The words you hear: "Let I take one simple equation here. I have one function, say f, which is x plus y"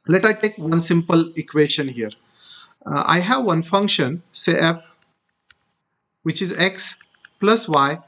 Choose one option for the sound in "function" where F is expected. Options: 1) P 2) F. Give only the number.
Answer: 2